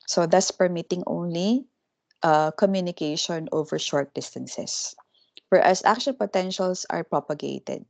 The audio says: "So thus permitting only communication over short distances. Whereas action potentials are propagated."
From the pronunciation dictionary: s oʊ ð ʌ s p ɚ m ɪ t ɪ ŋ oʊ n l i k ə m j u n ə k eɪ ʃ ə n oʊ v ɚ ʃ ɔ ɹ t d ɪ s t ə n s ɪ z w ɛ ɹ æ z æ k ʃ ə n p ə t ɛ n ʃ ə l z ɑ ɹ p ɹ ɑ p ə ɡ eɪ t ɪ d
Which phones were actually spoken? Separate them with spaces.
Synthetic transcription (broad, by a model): s oʊ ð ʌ s p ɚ m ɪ t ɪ ŋ oʊ n l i k ə m j u n ə k eɪ ʃ ə n oʊ v ɚ ʃ ɔ ɹ t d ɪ s t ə n s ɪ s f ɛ ɹ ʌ s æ k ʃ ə n p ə t ɛ n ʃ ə l s ɑ ɹ p ɹ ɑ p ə ɡ eɪ t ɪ d